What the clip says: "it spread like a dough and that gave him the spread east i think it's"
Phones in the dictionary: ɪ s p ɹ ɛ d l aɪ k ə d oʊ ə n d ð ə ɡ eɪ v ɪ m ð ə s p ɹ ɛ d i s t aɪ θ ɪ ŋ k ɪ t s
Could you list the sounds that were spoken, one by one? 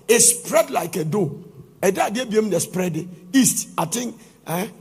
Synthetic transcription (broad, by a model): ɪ s p ɹ ɛ d l aɪ k ə d oʊ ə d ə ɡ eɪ b ɪ m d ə s p ɹ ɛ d i s t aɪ t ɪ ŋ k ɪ